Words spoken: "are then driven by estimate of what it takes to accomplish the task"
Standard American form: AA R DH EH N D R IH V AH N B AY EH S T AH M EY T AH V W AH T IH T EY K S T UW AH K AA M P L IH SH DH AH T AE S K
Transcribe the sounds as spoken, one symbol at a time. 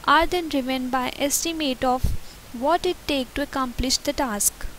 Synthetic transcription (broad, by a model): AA R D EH N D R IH V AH N B AY EH S T AH M EY T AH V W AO T IH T EY K T UW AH K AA M P L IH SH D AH T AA S K